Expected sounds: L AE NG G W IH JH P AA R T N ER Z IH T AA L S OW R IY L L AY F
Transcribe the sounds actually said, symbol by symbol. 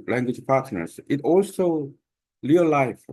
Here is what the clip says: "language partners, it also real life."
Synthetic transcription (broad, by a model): L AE NG G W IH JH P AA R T N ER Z IH T AA L S OW L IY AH L AY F